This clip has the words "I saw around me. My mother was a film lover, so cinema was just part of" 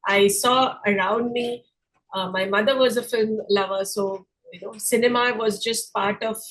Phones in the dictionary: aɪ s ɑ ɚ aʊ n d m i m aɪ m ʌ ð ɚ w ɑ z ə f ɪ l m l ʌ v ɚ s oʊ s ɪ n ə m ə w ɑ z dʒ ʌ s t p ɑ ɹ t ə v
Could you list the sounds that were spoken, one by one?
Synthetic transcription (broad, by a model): aɪ s ɑ ɚ aʊ n d m i m aɪ m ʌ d ɚ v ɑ z ə f ɪ l m l ʌ v ɚ s oʊ s ɪ n ə m ə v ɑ z dʒ ʌ s t p ɑ ɹ t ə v